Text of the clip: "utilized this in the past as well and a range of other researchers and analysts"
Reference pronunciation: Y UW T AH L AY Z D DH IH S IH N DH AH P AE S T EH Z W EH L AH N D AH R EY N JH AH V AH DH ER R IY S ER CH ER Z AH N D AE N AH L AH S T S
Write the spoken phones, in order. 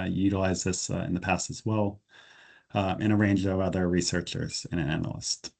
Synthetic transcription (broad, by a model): Y UW T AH L AY Z DH IH S IH N DH AH P AE S T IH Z W EH L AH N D AH R EY N JH AH V AH DH ER R IY S ER CH ER Z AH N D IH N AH L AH S T